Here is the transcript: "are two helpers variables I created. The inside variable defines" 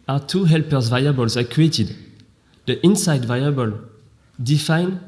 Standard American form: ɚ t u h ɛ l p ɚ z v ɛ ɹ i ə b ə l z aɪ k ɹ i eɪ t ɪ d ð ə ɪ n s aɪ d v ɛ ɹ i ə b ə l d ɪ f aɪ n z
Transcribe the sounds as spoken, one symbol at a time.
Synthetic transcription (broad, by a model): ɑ t u h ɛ l p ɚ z v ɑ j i b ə l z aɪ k i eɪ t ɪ d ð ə ɪ n s aɪ d v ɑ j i b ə l d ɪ f aɪ n